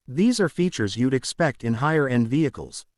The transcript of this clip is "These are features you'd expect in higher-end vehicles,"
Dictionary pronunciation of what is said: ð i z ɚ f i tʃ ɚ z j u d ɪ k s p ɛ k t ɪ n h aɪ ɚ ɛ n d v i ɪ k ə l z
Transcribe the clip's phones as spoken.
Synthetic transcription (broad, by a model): ð i z ɚ f i tʃ ɚ z j u d ɪ k s p ɛ k t ɪ n h aɪ ɚ ɛ n d v i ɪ k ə l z